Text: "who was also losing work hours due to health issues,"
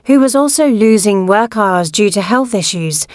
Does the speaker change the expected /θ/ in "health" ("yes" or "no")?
no